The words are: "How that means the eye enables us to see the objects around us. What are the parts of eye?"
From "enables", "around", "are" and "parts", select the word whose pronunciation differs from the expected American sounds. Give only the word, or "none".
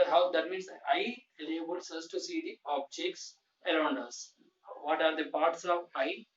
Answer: enables